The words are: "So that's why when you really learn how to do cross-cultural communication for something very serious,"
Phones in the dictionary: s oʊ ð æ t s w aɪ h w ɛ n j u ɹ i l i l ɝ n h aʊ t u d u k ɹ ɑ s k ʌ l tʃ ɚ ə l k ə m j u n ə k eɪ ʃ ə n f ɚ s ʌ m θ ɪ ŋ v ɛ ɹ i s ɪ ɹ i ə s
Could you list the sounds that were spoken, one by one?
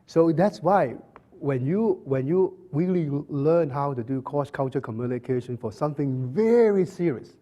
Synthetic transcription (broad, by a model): s oʊ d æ t s w aɪ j w ɛ n j u w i l i l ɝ n h aʊ t u d u k ɑ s k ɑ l tʃ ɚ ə k ə m j u n ə k eɪ ʃ ə n f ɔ s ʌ m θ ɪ ŋ v ɛ ɹ i s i ɹ i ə s